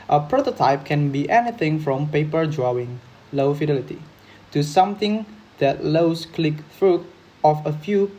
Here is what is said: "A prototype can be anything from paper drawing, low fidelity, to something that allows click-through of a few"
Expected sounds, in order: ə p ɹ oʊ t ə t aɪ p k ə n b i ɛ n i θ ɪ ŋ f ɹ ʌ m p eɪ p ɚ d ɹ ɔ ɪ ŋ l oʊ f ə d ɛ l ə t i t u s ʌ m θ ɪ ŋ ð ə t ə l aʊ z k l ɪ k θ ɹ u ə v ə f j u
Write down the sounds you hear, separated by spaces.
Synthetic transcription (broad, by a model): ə p ɹ oʊ t ə t aɪ p k ə n b i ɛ n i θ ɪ ŋ f ɹ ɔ m p eɪ p ɚ d ɹ ɔ ɪ ŋ l oʊ f ə d ɛ l ə t i t u s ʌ m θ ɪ ŋ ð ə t l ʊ s k l ɪ k f ɹ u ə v ə f j u